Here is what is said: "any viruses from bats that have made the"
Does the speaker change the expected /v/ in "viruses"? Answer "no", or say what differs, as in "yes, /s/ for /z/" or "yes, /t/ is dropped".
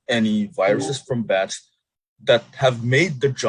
no